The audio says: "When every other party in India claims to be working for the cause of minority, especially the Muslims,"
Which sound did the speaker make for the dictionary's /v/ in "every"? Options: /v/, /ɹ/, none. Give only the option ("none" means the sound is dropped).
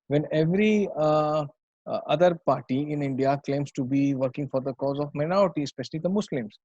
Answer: /v/